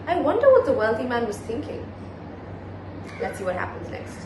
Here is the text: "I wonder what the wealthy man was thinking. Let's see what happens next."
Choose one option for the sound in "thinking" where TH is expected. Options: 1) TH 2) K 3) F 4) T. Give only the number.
1